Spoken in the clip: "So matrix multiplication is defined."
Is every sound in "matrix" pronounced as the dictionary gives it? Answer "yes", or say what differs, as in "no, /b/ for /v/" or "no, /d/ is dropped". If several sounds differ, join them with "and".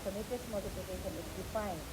no, /ɹ/ is dropped and /k/ is dropped